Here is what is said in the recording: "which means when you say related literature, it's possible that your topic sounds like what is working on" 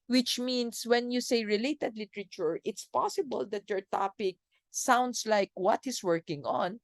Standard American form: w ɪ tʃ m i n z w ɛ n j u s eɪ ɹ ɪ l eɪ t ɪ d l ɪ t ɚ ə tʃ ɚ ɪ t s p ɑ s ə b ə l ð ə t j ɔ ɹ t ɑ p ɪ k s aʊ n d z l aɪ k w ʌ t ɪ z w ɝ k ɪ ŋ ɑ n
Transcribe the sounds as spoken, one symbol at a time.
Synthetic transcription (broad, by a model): w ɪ tʃ m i n s w ɛ n j u s eɪ ɹ ɪ l eɪ t ɪ d l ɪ t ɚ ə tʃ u ɪ t s p ɑ s ə b ə l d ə t j ɔ ɹ t ɑ p ɪ k s aʊ n d s l aɪ k w ʌ t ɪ s w ɝ k ɪ ŋ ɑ n